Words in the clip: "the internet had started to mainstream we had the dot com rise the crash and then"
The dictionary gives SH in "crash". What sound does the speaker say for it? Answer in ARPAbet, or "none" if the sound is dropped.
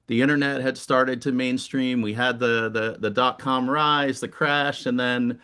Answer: SH